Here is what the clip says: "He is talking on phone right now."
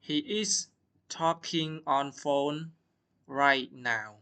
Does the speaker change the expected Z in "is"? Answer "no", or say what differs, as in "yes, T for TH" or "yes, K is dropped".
yes, S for Z